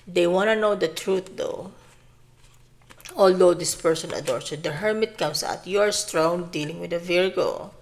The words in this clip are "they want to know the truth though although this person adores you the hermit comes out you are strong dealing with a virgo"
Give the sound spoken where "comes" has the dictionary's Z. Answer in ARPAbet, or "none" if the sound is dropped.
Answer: S